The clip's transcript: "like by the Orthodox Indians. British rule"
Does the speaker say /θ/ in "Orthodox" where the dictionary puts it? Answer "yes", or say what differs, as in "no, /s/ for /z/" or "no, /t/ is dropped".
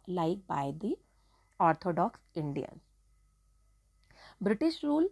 no, /t/ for /θ/